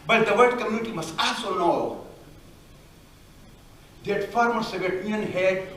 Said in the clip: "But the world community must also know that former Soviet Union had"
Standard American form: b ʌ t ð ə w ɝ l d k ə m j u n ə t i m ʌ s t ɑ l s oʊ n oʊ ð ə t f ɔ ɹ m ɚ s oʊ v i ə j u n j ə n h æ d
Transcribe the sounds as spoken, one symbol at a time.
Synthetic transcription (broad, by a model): b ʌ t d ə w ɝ d k ə m j u n ə t i m ʌ s t ɑ l s oʊ n oʊ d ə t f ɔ ɹ m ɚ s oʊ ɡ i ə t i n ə n h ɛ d